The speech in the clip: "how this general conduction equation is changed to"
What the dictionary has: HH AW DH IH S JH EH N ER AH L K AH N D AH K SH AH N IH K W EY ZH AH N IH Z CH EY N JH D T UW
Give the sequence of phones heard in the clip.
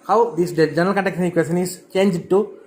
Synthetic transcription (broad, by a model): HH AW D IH S JH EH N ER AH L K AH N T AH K S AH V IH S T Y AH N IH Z CH EY N JH D T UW